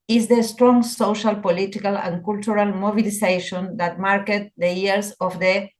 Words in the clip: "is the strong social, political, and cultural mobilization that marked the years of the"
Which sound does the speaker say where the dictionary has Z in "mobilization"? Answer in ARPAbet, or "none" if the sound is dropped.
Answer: S